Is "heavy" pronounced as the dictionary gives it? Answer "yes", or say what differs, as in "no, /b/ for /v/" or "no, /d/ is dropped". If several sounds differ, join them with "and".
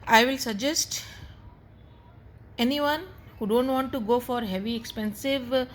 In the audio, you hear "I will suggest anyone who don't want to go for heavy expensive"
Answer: yes